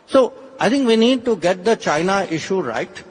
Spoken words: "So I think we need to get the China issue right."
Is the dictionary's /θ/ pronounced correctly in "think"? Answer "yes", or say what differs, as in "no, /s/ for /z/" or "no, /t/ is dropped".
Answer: no, /t/ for /θ/